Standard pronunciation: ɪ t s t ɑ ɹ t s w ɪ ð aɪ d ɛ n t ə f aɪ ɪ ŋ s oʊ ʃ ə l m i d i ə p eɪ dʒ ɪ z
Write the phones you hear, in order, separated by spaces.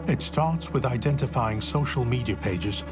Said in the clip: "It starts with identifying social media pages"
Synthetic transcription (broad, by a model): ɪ t s t ɑ ɹ t s w ɪ ð aɪ d ɛ n t ə f aɪ ɪ ŋ s oʊ ʃ ə l m i d i ə p eɪ dʒ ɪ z